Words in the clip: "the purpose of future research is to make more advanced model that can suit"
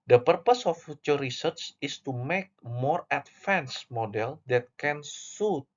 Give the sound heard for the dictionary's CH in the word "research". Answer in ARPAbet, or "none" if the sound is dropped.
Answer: S